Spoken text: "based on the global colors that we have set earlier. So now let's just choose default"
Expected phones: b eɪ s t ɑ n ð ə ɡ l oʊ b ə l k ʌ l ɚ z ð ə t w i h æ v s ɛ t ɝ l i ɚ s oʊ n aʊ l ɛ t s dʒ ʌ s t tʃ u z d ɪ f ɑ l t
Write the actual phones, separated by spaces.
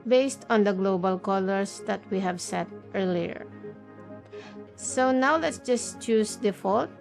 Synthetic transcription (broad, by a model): b eɪ s t ɑ n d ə ɡ l oʊ b ə l k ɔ l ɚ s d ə t w i h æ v s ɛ t ɝ l i ɚ s oʊ n aʊ l ɛ t s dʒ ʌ s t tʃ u s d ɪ f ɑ l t